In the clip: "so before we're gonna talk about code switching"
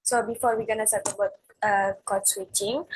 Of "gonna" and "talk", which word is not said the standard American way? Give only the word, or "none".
talk